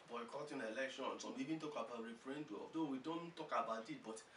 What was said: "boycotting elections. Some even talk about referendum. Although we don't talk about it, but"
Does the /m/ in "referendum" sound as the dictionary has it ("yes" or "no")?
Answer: no